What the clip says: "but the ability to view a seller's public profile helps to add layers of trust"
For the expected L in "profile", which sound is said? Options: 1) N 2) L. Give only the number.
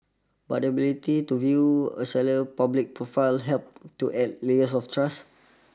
2